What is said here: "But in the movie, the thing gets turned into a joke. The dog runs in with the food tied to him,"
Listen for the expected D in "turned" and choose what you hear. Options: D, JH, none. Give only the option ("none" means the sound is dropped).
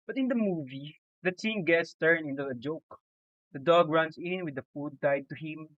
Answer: none